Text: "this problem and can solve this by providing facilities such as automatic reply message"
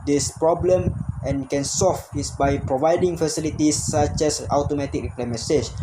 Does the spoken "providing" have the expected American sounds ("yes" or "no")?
yes